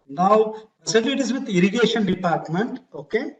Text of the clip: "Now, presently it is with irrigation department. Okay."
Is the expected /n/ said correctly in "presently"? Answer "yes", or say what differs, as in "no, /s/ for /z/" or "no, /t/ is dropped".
no, /n/ is dropped